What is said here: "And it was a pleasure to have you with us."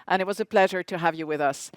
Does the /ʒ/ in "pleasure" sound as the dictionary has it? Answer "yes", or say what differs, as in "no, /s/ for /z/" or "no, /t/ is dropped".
yes